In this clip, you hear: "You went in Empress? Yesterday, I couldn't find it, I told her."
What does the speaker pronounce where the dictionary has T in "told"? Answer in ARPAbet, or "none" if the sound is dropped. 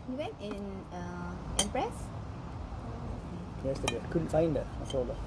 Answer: S